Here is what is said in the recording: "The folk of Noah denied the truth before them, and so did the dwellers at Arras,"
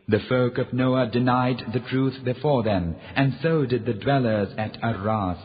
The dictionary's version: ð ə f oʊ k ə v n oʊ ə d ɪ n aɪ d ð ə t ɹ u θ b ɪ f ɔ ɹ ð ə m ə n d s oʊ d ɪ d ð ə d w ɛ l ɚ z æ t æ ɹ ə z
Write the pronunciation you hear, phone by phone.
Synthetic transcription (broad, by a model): ð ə f oʊ k ə v n oʊ ə d ɪ n aɪ d ð ə t ɹ u θ b ɪ f ɔ ɹ ð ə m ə n s oʊ d ɪ d ð ə d w ɛ l ɚ z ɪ t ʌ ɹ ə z